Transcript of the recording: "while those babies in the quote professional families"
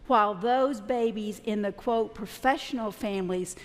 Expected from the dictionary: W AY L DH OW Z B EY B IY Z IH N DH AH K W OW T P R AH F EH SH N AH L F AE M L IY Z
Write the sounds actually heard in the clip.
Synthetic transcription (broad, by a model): W AY L DH OW Z B EY B IY Z IH N DH AH K W OW T P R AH F EH SH N L F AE M L IY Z